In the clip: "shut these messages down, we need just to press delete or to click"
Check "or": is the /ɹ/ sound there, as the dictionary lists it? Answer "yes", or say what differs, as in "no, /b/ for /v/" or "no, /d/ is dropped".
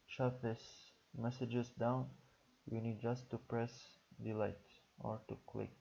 yes